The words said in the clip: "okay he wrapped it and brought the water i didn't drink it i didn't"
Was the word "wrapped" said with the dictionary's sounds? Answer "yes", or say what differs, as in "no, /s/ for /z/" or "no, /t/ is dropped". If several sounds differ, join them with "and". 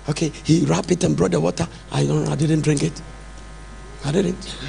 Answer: no, /t/ is dropped